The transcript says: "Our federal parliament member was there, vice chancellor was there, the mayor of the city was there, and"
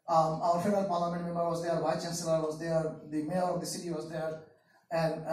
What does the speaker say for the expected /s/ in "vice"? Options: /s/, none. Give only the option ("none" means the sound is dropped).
none